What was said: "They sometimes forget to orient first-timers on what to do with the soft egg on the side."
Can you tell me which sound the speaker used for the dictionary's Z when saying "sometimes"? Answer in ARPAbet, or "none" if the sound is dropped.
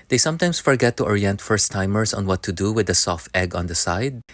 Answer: S